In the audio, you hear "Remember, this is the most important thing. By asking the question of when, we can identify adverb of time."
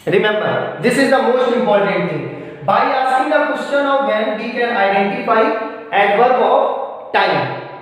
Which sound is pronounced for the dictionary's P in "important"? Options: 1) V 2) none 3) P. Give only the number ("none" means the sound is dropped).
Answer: 3